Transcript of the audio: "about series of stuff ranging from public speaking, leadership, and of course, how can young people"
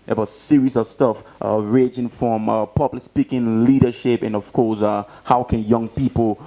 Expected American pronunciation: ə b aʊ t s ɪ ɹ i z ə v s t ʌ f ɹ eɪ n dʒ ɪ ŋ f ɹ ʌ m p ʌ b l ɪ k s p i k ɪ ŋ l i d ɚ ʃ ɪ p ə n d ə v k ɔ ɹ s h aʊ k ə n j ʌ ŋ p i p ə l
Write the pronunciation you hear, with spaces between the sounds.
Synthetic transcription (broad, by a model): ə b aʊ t s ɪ ɹ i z ə v s t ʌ f ɹ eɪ dʒ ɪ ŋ f ɹ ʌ m p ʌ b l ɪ s p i k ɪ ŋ l i d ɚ ʃ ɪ p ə n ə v k ɔ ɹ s h aʊ k ə n j ʌ ŋ p i p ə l